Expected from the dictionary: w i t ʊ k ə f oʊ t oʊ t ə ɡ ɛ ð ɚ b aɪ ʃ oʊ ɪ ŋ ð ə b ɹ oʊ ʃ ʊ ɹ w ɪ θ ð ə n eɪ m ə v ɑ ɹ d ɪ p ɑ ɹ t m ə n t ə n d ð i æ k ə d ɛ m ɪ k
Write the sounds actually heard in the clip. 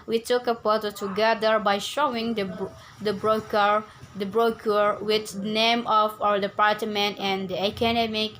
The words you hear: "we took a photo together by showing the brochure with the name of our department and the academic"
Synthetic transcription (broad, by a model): w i t ʊ k ə p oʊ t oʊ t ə ɡ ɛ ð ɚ b aɪ ʃ oʊ ɪ ŋ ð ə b ɹ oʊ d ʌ ɹ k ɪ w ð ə n eɪ m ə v ɑ ɹ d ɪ p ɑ ɹ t m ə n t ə n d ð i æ k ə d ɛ m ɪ k